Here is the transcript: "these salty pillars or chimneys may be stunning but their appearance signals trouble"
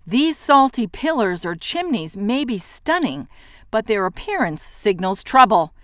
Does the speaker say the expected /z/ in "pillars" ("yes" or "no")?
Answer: yes